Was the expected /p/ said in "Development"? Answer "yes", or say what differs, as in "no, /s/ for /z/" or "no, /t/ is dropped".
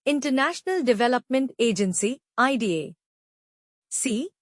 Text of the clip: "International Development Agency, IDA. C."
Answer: yes